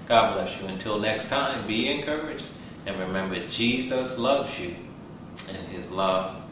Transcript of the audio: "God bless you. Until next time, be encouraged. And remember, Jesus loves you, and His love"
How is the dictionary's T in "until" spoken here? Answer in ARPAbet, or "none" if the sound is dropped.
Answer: T